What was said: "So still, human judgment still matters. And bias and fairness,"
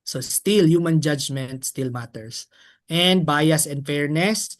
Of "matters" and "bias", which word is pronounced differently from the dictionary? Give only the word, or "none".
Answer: matters